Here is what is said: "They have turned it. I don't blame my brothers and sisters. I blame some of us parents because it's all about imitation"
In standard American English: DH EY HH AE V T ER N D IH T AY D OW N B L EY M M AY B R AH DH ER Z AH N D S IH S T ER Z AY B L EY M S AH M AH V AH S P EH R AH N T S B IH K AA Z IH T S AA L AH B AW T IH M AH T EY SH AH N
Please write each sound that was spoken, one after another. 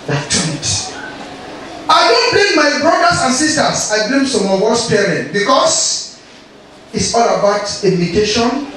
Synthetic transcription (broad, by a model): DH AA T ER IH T AY D OW N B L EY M M AY B R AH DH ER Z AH N S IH S T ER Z AY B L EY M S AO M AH W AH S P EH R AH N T B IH K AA S IH T S AA L AH B AW T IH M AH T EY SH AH N